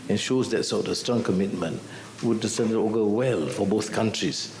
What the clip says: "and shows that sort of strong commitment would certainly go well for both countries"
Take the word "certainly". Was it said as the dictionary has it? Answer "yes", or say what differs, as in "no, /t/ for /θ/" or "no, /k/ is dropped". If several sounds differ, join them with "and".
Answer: no, /s/ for /t/ and /l/ is dropped